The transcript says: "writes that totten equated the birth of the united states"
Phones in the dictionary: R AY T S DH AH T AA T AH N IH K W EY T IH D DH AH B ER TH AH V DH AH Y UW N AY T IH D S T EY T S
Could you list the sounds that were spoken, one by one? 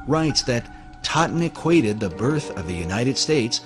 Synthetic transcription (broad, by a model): R AY T S DH AH T AA T N IH K W EY T IH D DH AH B ER TH AH V DH AH Y UW N AY T IH D S T EY T S